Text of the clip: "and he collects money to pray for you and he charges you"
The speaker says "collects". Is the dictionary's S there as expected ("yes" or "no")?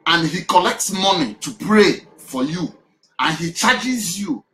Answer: yes